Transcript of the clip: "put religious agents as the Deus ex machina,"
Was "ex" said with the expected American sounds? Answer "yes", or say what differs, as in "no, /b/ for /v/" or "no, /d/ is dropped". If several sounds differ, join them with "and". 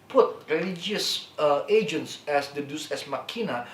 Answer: no, /k/ is dropped